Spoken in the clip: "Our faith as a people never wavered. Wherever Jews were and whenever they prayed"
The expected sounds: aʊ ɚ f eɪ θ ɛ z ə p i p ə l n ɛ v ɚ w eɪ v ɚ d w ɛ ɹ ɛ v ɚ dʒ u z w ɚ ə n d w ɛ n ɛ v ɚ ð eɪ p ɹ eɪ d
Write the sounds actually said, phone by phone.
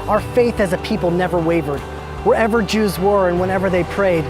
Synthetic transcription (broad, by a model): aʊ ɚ f eɪ θ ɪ z ə p i p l n ɛ v ɚ w eɪ v ɚ d w ɛ ɹ ɛ v ɚ dʒ u z w ɚ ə n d w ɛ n ɛ v ɚ ð eɪ p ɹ eɪ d